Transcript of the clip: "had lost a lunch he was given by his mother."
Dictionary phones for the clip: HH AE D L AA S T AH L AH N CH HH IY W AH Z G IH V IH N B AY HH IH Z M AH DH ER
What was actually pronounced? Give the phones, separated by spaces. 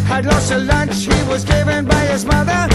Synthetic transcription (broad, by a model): HH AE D L AA S T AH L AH N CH HH IY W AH Z G IH V IH N B AY HH IH Z M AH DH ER